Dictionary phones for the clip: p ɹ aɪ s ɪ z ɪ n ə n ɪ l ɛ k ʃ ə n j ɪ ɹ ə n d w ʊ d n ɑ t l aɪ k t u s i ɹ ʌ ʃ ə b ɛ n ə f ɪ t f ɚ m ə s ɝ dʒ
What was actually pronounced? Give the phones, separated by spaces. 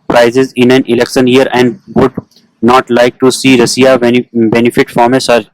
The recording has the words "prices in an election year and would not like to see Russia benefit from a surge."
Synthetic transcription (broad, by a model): p ɹ aɪ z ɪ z ɪ n ə n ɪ l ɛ k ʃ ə n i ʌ ɹ ə n d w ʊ d n ɑ t l aɪ k t u s i ɹ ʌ s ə b ɛ n ə f ɪ t f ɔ m ə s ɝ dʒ